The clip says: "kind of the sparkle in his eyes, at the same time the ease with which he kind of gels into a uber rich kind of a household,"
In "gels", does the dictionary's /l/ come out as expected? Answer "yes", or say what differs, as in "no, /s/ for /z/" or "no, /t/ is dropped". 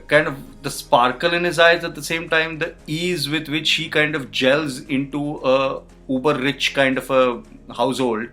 yes